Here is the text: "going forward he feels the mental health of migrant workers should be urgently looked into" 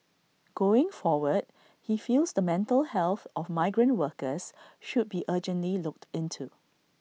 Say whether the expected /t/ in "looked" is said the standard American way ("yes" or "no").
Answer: yes